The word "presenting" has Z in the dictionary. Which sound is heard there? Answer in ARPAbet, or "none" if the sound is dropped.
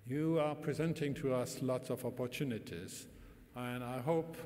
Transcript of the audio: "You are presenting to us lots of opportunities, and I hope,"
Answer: Z